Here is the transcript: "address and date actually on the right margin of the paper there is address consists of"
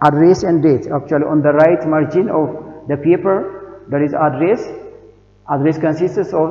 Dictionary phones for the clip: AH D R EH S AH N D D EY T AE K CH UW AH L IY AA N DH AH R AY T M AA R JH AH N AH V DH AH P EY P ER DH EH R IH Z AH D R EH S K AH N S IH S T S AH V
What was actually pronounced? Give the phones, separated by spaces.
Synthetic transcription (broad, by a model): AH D R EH S AH N D D EY T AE K CH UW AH L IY AA N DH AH R AY T M AA R JH AH N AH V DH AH P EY P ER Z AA R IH S AH D R EH S K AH N S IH S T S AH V